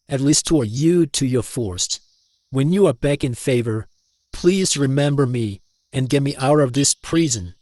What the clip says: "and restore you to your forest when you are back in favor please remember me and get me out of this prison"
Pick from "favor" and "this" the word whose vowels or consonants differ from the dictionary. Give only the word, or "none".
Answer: none